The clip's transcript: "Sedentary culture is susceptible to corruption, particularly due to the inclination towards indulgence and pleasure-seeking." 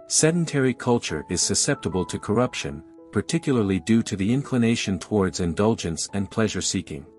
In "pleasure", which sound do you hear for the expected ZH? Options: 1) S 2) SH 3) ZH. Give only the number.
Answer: 3